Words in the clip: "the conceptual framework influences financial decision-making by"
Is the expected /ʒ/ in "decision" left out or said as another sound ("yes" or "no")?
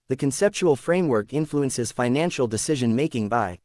no